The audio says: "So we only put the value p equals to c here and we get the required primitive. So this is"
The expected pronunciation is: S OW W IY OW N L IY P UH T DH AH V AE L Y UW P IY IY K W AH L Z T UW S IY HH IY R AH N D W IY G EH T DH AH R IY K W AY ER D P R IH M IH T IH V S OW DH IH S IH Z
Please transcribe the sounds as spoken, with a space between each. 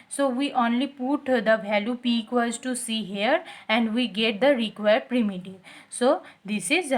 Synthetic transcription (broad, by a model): S OW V IY OW N L IY P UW T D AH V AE L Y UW P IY IY K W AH Z T UW S IY HH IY R AH N D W IY G EH T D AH R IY K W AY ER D P R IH M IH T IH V S OW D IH S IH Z